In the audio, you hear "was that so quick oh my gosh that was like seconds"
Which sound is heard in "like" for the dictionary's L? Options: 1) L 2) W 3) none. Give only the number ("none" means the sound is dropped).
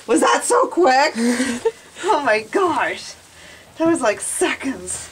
1